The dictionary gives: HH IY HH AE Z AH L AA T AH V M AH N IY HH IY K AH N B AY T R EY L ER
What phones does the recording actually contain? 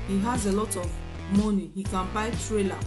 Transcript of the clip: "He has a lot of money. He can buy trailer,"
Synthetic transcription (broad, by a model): HH IY HH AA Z AH L AA T AH V M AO N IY HH IY K AH N B AY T R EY L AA